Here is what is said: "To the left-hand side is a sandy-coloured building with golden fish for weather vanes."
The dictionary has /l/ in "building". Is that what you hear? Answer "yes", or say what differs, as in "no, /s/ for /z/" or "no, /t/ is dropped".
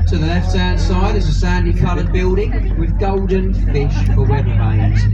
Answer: yes